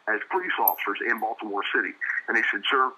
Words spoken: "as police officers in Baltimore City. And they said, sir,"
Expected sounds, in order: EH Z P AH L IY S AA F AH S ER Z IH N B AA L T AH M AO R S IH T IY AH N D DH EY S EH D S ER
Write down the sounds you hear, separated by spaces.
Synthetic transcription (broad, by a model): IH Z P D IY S AA F AH S ER Z IH N B AA L T AH M AO R S IH T IY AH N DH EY S EH D S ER